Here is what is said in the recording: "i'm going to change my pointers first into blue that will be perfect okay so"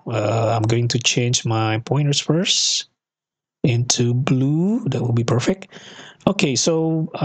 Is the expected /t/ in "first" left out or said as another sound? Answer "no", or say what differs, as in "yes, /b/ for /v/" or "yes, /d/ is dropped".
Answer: yes, /t/ is dropped